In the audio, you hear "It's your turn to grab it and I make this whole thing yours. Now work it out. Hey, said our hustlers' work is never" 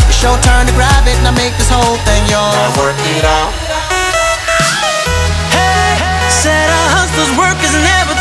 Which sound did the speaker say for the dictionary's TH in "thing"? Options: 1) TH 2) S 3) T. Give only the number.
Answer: 1